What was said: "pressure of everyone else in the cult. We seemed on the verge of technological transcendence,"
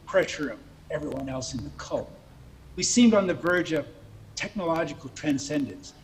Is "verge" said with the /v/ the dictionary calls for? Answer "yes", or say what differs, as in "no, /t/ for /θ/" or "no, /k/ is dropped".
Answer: yes